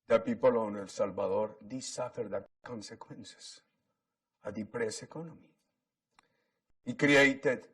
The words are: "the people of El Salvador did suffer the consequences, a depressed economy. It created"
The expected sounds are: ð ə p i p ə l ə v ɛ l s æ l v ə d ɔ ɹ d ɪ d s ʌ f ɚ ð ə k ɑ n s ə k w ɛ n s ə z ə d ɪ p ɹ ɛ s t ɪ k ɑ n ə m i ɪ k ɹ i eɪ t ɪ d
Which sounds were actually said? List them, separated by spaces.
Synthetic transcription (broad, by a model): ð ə p i p ə l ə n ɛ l s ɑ l b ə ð ɔ ɹ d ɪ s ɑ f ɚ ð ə k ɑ n s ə k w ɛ n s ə s ə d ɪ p ɹ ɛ s ɪ k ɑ n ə m i ɪ k ɹ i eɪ t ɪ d